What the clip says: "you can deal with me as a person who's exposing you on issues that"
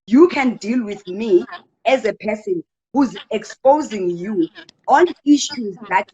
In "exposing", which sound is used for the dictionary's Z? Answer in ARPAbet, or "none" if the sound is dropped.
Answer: Z